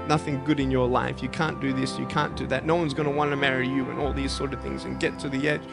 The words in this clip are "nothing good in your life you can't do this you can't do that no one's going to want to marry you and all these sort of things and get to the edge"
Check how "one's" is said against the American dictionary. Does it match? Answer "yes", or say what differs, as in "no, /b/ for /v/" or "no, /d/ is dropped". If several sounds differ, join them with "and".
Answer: yes